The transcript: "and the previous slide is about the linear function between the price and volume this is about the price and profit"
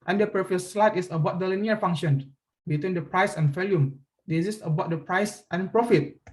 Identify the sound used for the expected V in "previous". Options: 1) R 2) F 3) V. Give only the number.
2